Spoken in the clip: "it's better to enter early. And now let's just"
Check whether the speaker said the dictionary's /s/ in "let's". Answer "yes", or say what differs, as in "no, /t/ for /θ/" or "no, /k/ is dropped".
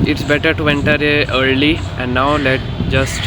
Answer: no, /s/ is dropped